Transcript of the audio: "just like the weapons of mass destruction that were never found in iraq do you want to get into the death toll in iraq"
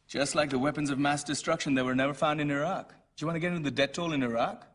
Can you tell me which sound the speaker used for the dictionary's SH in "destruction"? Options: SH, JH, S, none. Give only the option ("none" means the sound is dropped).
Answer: SH